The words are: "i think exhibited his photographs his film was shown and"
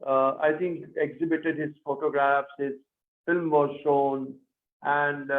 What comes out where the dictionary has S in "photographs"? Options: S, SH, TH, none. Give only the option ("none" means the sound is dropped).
S